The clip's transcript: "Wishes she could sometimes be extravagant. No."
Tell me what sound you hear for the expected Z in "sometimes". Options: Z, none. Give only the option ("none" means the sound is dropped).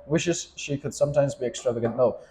Z